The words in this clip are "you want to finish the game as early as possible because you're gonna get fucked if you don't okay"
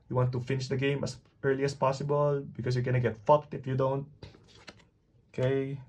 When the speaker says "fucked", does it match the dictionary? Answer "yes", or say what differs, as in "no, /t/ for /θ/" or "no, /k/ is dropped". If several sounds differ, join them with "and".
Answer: yes